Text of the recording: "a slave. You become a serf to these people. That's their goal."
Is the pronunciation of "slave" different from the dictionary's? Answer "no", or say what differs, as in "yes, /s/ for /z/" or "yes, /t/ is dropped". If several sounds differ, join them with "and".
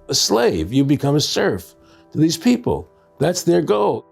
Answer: no